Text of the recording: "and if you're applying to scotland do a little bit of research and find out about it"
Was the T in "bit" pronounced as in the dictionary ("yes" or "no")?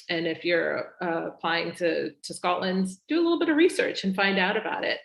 yes